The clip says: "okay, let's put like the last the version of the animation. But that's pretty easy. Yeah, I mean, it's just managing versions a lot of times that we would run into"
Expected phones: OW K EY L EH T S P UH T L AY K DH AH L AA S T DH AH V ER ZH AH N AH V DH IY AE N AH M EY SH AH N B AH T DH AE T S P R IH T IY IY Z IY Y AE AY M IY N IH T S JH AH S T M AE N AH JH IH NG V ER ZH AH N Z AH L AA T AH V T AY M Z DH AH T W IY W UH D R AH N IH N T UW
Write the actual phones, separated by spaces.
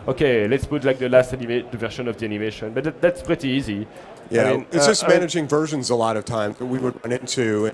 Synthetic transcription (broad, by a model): OW K EY L EH T S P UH T L AY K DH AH L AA S T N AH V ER SH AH N AH V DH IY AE N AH M EY SH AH N B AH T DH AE T S P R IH T IY IY Z IY Y AE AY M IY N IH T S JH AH S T M AE N AH JH IH NG V ER ZH AH N Z AH L AA T AH V T AY M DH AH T W IY W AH D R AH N IH N T UW